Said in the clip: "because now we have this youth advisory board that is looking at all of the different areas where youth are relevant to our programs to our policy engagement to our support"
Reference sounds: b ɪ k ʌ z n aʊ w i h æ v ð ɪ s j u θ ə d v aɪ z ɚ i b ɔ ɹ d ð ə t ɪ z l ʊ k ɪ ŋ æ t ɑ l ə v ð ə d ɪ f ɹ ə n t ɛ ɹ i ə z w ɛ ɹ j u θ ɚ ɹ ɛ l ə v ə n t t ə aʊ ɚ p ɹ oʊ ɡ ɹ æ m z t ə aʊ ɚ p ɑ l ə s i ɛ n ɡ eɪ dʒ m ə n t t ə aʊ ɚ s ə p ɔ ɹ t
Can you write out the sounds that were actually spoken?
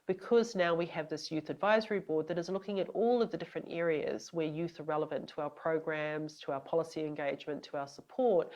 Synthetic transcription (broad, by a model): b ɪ k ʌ z n aʊ w i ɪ v ð ɪ s j u θ ə d v aɪ z ɚ i b ɔ ɹ d ð ə t ɪ z l ʊ k ɪ ŋ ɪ t ɑ l ə v ð ə d ɪ f ɹ ə n t ɛ ɹ i ə z w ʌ ɹ j u θ ɚ ɹ ɛ l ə v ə n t t ə aʊ ɚ p ɹ oʊ ɡ ɹ æ m z t ə aʊ ɚ p ɑ l ə s i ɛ n ɡ eɪ dʒ m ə n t t ə aʊ ɚ s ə p ɔ ɹ t